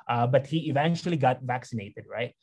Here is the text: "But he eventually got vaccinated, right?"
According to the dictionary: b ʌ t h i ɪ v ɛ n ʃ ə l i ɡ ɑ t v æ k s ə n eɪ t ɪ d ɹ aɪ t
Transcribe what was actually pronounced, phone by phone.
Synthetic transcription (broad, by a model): b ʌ t h i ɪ v ɛ n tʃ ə l i ɡ ɑ t v æ k s ə n eɪ t ɪ d ɹ aɪ t